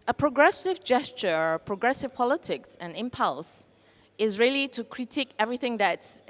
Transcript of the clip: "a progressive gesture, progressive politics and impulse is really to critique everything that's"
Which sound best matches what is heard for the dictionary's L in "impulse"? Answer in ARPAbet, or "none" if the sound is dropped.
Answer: L